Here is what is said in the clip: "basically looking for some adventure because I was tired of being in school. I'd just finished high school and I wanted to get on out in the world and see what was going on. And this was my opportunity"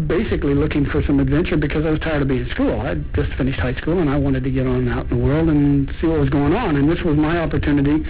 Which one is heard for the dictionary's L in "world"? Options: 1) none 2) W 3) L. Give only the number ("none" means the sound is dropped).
3